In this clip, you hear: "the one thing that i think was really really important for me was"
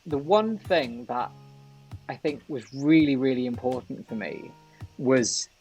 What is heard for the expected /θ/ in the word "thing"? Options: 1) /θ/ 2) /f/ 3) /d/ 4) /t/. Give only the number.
1